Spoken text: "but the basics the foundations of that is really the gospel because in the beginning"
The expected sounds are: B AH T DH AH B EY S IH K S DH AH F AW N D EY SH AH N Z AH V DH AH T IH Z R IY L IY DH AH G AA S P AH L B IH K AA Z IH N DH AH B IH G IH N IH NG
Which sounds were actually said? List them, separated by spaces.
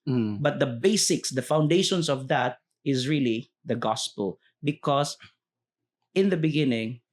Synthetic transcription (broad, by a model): B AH T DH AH B EY S IH K S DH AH F AW N D EY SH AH N S AH V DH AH T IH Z R IY L IY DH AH G AA S P AH L B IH K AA S IH N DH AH B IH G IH N IH NG